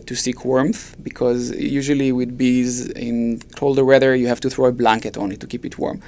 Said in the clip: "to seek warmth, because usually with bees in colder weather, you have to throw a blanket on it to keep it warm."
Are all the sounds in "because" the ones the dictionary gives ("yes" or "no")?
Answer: yes